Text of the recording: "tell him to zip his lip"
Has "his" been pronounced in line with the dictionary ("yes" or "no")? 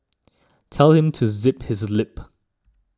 yes